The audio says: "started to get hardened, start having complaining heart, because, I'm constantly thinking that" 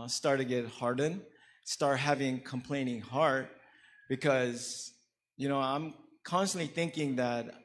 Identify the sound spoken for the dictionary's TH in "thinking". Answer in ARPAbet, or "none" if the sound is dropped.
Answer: TH